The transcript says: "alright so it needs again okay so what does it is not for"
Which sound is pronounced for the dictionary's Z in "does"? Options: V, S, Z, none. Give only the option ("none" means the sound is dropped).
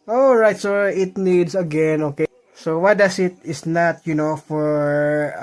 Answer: S